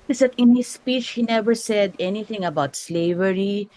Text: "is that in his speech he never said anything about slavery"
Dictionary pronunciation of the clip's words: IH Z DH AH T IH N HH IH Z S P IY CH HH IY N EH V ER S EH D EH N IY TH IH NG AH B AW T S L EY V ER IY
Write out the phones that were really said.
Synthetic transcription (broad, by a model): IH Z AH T IH N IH S P IY CH HH IY N EH V ER S EH D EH N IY T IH NG AH B AW T S L EY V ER IY